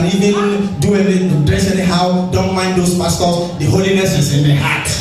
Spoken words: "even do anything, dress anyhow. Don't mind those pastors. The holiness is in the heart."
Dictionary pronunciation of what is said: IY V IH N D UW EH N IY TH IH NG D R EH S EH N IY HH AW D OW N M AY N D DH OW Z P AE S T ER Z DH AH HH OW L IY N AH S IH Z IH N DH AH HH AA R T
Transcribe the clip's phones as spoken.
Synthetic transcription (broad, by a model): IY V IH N D UW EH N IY T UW D R EH S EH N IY HH AW D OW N M AY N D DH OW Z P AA S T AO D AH HH OW L IY N AH S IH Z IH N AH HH AA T